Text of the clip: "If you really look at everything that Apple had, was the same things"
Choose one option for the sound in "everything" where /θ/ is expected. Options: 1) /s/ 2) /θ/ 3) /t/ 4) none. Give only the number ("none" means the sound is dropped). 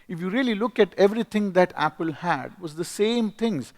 3